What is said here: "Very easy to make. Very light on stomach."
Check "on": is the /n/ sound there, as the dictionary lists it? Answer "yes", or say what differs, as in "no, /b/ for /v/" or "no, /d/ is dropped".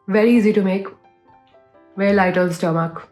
no, /l/ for /n/